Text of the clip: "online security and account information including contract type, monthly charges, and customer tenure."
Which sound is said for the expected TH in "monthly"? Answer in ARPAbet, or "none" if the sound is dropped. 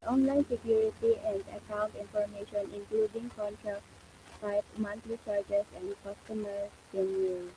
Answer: T